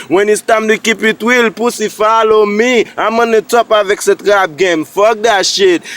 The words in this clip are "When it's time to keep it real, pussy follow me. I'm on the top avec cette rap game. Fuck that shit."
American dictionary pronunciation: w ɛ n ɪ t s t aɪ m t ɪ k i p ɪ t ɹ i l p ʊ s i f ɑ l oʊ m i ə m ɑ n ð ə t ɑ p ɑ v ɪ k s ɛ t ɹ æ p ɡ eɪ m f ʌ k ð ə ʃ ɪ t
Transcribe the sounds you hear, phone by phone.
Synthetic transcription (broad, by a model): w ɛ n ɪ s t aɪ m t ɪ k i p ɪ t w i l p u s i f ɑ l oʊ m i ə m ɑ n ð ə t ɑ p ɑ v ɪ k s ɛ t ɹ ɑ b ɡ eɪ m f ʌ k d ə ʃ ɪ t